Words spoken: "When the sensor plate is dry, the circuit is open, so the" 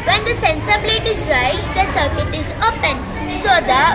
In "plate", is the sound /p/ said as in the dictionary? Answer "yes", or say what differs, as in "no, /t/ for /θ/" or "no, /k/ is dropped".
no, /b/ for /p/